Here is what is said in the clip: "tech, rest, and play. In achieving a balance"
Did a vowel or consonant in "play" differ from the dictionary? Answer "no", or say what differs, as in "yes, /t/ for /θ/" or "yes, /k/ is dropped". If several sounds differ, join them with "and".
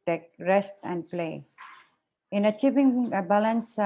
no